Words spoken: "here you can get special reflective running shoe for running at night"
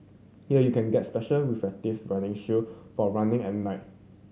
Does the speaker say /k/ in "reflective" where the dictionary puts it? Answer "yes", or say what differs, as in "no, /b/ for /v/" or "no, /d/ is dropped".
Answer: no, /k/ is dropped